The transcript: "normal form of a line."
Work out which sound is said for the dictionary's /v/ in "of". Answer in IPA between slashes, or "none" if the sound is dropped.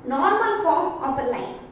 /p/